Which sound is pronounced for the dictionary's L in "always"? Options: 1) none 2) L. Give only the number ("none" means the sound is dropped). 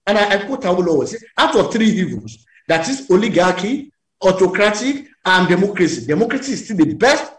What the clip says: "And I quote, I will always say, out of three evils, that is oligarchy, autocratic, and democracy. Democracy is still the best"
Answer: 1